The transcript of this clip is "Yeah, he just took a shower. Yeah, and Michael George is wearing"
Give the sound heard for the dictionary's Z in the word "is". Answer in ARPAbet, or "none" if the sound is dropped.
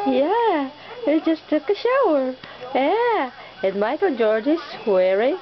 S